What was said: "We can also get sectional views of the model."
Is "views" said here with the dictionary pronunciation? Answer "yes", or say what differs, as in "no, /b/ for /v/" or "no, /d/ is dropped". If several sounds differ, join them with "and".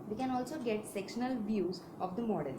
yes